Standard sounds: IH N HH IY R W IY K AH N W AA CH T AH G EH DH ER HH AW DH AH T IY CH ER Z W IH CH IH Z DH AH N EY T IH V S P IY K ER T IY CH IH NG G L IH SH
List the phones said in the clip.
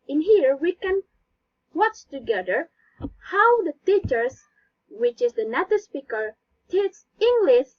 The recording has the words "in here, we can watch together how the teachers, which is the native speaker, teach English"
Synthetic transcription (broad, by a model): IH N HH IY R W IY K AH N W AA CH T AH G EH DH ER HH AW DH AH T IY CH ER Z W IH CH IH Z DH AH N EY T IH S P IY K ER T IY S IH NG G L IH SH